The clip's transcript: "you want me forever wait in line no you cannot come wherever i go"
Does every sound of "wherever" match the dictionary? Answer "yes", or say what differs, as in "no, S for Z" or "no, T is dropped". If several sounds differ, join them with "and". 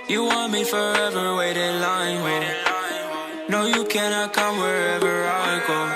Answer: yes